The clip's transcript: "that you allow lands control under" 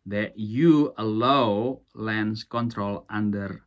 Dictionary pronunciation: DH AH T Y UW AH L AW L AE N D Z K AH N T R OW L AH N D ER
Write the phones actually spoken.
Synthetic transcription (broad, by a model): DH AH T Y UW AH L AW L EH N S K AH N T R OW L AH N D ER